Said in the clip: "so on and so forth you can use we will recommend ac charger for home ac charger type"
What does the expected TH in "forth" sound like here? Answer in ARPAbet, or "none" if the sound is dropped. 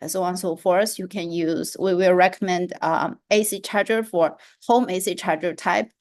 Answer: S